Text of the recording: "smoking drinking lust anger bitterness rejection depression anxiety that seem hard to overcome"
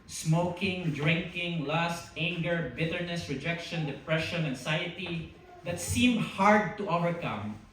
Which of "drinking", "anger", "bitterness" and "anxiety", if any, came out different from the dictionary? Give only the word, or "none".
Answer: anxiety